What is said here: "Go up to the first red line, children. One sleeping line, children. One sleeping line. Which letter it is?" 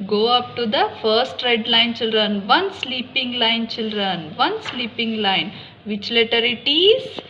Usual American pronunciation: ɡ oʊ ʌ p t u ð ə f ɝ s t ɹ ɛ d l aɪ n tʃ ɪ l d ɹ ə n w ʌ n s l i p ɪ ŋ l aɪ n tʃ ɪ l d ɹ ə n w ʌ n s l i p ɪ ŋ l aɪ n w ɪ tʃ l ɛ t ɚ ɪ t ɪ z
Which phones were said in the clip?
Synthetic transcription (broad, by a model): ɡ oʊ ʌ p t u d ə f ɝ s t ɹ ɛ d l aɪ n tʃ ɪ l d ɹ ə n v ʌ n s l i p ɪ ŋ l aɪ n tʃ ɪ l d ɹ ə n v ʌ n s l i p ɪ ŋ l aɪ n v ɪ tʃ l ɛ t ɚ ɪ t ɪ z